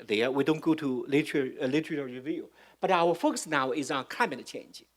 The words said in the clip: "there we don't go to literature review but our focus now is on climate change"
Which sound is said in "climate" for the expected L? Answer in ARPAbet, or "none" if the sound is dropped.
none